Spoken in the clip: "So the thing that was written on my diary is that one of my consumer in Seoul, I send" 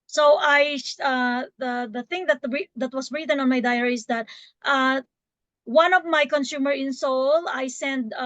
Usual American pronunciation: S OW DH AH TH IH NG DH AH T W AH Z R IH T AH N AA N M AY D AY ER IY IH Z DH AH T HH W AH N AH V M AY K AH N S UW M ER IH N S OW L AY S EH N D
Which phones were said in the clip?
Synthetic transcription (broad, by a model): S OW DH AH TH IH NG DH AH T W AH S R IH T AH N AA N M AY D AY ER IY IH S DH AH T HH W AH N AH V M AY K AH N S UW M ER IH N S OW L AY S EH N D